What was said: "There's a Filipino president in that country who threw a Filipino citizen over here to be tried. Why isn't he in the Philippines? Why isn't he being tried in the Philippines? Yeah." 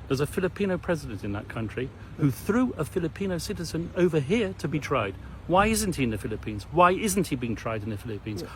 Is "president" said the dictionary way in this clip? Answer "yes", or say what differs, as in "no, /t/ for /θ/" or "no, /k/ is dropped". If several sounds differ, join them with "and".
yes